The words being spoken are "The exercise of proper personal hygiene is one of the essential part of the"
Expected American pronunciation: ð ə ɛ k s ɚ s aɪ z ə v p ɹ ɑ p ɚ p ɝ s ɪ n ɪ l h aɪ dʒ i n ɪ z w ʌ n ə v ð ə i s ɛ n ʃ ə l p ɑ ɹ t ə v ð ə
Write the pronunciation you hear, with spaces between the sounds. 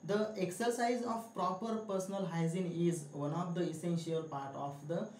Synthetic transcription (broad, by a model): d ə ɛ k s ɚ s aɪ z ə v p ɹ ɑ p ɚ p ɝ s ɪ n ɪ l h aɪ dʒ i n ɪ z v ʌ n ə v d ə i s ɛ n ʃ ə l p ɑ ɹ t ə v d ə